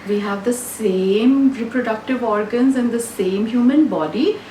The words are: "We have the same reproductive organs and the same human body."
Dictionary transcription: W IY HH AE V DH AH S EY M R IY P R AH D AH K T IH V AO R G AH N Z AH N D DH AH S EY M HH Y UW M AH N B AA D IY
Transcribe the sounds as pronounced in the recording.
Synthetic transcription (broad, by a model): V IY HH AE V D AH S EY M R IY P R AH D AH K T IH V AO R G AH N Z AH N D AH S EY M HH Y UW M AH N B AA D IY